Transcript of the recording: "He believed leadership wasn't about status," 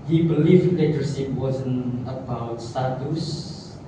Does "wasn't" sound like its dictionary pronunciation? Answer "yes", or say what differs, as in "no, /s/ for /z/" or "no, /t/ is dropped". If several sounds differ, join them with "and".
no, /t/ is dropped